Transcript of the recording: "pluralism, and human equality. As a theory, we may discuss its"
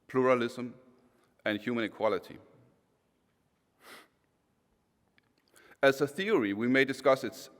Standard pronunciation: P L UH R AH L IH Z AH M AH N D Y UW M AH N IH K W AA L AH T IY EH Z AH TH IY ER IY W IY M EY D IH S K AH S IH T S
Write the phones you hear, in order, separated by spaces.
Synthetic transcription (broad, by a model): P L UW R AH L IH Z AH M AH N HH Y UW M AH N IH K W AA L AH T IY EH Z AH TH IY ER IY W IY M EY D IH S K AH S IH T S